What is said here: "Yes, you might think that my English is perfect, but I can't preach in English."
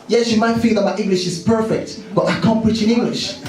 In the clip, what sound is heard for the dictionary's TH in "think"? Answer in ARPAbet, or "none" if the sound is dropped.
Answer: F